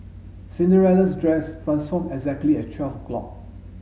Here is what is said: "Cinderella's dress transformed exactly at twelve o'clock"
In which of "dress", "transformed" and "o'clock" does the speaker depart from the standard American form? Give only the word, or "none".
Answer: transformed